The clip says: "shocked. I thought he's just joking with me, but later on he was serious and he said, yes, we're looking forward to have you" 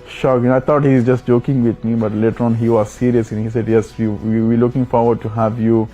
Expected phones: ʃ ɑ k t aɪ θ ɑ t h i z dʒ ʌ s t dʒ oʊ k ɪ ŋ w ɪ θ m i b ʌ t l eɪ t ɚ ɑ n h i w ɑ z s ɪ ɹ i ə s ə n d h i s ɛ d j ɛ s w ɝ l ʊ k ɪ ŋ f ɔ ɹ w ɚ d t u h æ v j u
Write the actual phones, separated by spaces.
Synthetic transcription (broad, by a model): ʃ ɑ k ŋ aɪ t ɑ t h i z dʒ ʌ s t dʒ oʊ k ɪ ŋ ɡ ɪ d m i b ʌ t l eɪ t ɚ ɑ n h i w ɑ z s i ɹ i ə s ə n h i s ɛ d j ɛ s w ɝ l ʊ k ɪ ŋ f ɔ ɹ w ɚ d t u h æ v j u